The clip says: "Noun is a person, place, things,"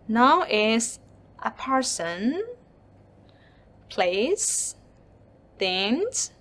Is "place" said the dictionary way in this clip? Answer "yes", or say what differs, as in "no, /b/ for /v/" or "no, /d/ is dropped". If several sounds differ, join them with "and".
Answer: yes